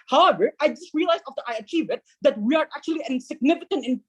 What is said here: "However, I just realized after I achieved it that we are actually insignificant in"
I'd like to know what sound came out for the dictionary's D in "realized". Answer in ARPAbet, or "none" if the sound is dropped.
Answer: none